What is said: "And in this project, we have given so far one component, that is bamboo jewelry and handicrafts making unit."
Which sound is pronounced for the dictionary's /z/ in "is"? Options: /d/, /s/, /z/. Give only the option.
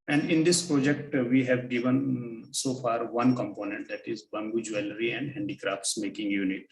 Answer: /z/